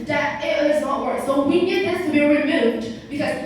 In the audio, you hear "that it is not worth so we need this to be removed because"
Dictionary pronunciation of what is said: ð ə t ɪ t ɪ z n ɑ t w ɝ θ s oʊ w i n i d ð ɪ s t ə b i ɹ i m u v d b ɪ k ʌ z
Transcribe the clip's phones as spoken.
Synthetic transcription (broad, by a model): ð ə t ɪ t ɪ z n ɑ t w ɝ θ s oʊ w i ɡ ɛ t ð ɪ s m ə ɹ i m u d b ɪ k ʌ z